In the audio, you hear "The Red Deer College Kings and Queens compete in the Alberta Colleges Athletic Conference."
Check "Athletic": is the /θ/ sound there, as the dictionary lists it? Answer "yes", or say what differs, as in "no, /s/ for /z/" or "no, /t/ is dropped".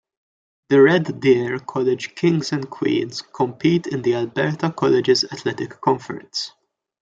no, /t/ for /θ/